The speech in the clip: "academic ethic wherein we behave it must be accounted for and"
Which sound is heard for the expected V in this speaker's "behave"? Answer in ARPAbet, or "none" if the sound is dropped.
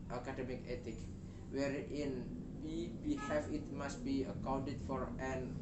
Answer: F